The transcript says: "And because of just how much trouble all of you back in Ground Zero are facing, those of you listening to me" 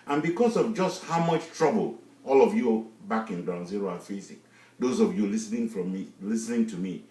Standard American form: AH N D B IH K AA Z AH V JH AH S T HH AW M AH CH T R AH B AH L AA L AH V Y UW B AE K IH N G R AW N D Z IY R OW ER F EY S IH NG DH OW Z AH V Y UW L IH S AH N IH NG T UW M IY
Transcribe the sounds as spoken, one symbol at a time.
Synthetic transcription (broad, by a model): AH N B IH K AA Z AH V JH AH S T HH AW M AH CH T R AH B AH L AA L AH V Y UW B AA K IH N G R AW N Z IY R OW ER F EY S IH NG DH OW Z AH V Y UW L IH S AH N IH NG T UW M IY